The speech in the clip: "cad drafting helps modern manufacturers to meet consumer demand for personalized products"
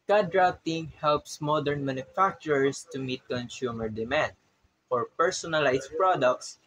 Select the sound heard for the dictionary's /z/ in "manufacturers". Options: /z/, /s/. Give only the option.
/s/